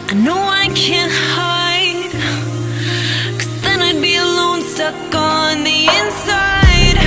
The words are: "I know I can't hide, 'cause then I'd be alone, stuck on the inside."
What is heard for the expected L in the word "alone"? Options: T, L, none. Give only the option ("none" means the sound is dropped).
L